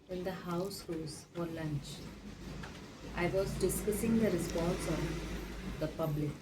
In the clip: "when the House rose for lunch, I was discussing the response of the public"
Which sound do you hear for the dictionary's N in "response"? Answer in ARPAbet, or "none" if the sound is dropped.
L